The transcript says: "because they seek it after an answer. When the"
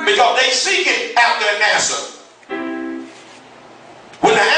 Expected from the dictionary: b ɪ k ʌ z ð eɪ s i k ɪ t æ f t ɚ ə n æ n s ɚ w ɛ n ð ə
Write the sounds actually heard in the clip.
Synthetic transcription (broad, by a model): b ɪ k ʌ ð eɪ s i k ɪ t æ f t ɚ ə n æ s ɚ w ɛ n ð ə